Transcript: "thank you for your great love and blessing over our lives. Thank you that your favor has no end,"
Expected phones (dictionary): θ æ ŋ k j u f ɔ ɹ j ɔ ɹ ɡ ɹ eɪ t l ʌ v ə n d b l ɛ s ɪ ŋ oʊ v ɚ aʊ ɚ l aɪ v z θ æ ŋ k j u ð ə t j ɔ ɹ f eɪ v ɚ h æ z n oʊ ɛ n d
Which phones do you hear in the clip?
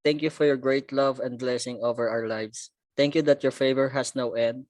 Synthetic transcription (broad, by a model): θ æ ŋ k j u f ɔ ɹ j ɔ ɹ ɡ ɹ eɪ t l ʌ v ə n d b l ɛ s ɪ ŋ oʊ v ɚ aʊ ɚ l aɪ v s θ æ ŋ k j u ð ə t j ɔ ɹ f eɪ v ɚ h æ s n oʊ ɛ n d